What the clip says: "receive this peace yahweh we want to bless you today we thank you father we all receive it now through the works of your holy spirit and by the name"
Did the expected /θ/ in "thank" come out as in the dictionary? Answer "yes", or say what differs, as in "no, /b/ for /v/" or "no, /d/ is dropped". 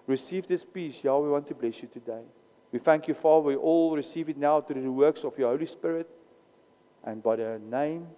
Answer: yes